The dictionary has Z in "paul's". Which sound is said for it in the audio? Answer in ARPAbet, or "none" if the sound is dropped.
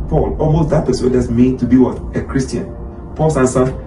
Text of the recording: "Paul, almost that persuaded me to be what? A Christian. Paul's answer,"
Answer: S